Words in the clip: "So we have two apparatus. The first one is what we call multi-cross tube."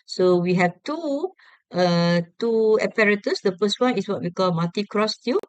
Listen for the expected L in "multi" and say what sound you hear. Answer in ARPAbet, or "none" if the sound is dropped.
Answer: none